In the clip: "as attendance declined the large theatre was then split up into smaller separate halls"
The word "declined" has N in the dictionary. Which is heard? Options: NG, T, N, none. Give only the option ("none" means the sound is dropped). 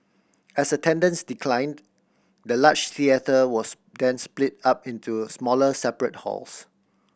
N